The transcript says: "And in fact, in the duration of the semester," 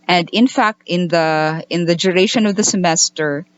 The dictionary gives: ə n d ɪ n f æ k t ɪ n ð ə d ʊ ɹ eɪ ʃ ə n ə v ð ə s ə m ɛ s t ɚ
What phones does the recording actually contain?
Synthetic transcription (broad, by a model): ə n d ɪ n f æ k t ɪ n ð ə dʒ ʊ ɹ eɪ ʃ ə n ə v ð ə s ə m ɛ s t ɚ